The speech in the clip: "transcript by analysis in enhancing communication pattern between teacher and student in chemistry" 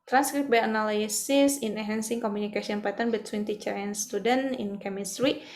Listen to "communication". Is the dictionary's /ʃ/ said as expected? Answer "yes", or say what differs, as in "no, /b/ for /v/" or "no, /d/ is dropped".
no, /s/ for /ʃ/